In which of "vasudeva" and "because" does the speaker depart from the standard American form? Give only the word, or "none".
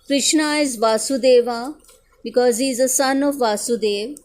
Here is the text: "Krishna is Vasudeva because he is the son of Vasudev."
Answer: none